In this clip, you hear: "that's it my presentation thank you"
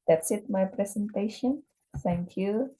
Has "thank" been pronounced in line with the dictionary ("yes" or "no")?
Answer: no